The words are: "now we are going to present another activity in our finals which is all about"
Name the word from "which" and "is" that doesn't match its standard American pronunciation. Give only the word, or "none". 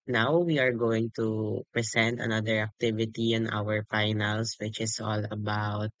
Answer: is